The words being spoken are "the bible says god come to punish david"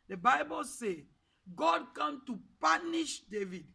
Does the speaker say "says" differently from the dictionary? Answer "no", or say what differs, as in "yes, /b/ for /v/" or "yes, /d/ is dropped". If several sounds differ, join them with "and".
yes, /z/ is dropped